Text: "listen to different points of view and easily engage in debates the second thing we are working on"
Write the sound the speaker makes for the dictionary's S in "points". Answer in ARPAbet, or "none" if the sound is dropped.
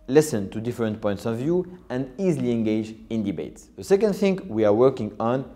S